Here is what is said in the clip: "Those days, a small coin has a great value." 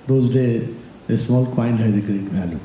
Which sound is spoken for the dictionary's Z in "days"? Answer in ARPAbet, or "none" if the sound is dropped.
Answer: none